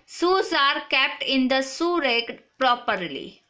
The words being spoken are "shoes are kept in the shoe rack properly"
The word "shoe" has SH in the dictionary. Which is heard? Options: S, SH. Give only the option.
S